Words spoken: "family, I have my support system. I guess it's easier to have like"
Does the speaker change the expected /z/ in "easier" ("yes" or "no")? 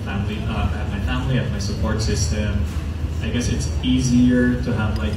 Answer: no